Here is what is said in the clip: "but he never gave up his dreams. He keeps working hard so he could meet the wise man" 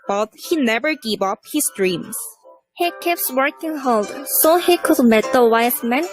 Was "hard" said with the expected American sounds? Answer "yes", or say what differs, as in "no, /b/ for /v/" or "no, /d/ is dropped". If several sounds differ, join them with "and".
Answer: no, /l/ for /ɹ/